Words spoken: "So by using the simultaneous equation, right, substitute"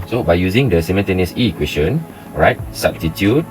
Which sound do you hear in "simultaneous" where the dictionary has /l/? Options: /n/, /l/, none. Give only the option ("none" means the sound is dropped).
/n/